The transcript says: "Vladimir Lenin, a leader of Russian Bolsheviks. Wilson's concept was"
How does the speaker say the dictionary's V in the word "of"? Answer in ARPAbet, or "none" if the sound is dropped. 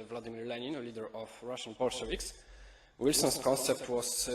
F